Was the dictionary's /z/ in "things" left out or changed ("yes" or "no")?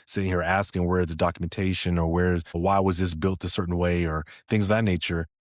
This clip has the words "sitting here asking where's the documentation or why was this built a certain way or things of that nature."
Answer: no